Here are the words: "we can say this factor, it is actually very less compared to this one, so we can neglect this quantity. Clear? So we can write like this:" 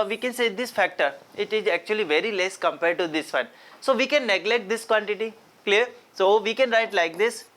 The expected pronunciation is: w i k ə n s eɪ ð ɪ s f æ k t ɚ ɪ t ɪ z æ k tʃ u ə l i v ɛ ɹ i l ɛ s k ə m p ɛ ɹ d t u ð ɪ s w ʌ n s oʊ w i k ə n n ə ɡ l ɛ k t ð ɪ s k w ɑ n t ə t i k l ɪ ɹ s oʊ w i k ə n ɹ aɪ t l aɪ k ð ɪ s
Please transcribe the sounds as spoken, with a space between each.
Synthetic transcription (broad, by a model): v i k ə n s eɪ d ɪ s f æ k t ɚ ɪ t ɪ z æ k tʃ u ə l i v ɛ ɹ i l ɛ s k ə m p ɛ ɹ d t u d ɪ s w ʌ n s oʊ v i k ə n n ə ɡ l ɛ k t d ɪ s k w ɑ n t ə t i k l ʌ ɹ s oʊ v i k ə n ɹ aɪ t l aɪ k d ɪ s